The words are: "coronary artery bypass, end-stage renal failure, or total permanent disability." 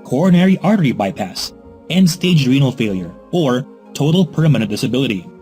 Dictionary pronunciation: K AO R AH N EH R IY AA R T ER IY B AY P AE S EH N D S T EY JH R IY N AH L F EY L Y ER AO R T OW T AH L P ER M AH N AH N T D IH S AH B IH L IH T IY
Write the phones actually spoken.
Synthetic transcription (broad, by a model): K AO R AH N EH R IY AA R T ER IY B AY P AE S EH N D S T EY JH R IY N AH L F EY L Y ER AO R T OW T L P ER M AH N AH N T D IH S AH B IH L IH T IY